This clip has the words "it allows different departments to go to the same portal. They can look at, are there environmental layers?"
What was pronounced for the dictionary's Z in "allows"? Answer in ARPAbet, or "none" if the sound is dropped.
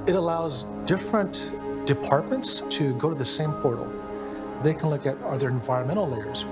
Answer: Z